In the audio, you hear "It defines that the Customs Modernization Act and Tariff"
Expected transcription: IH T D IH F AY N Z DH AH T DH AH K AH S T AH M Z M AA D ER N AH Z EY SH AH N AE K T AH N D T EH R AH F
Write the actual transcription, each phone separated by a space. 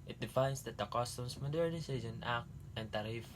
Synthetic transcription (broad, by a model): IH T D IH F AY N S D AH T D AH K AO S T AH M S M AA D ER N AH S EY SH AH N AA K T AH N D T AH R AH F